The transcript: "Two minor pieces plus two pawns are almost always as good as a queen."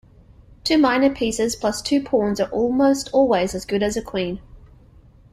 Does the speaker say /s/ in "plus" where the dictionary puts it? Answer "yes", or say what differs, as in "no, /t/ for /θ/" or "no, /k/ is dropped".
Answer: yes